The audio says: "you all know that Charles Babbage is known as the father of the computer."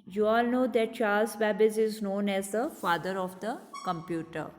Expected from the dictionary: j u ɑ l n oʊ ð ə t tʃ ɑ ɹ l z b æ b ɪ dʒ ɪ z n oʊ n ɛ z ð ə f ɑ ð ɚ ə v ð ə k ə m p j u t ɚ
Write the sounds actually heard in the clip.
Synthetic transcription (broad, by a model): j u ɑ l n oʊ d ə t tʃ ɑ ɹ l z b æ b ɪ z ɪ z n oʊ n ɛ z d ə f ɑ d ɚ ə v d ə k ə m p j u t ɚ